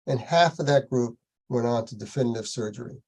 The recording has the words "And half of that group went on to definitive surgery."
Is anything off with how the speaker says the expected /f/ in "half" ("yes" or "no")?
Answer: no